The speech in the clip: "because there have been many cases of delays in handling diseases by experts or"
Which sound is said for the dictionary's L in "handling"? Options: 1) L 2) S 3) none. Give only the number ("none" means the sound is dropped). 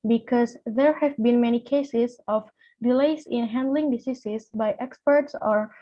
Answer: 1